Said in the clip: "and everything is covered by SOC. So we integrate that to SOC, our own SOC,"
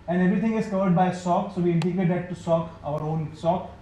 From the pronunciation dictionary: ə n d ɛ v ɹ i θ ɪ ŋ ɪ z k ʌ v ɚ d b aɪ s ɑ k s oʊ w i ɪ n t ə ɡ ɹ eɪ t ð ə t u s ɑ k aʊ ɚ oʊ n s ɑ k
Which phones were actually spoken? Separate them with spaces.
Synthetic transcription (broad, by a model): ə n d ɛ v ɹ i t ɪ ŋ ɪ z k ʌ v ɚ d b aɪ s ɑ k s oʊ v i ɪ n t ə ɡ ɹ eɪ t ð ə t u s ɑ k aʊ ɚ oʊ n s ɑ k